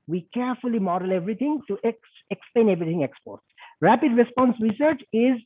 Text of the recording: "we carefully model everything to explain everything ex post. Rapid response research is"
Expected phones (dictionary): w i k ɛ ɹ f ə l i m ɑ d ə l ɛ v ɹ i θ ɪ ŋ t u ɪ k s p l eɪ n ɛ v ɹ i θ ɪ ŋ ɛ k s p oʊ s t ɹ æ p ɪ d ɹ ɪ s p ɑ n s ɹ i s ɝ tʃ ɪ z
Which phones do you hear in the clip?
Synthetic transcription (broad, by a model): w i k ɛ ɹ f ə l i m ɑ d ə l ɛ v ɹ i t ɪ ŋ t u ɪ k s p l eɪ n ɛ v ɹ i t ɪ ŋ ɛ k s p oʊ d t ɹ æ p ɪ d ɹ ɪ s p ɑ n s ɹ i s ɝ tʃ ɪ z